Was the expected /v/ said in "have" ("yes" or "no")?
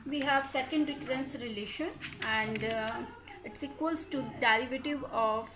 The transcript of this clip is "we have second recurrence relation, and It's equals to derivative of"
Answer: yes